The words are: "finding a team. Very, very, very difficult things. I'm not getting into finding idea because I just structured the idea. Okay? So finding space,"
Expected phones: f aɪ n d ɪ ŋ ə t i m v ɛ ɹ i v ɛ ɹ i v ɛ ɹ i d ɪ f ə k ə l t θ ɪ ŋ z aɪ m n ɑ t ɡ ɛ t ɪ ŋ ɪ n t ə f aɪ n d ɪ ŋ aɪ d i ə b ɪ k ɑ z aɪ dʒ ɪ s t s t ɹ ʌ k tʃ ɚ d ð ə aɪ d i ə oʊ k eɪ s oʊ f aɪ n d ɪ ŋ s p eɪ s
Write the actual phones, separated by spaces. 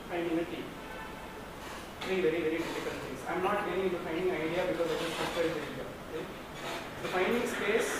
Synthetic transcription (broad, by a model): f aɪ n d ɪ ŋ ə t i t ɹ i v ɛ ɹ i v ɛ ɹ i d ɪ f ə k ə n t t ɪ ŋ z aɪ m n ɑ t t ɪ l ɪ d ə f aɪ n d ɪ ŋ aɪ d i ə b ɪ k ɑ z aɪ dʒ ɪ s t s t ʌ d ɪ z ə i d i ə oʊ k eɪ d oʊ f aɪ n d ɪ ŋ s p eɪ s